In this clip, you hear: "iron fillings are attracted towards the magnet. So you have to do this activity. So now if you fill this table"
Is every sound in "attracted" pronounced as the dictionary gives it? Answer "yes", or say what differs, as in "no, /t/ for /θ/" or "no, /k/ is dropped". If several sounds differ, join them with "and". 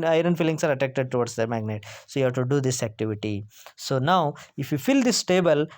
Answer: no, /ɹ/ is dropped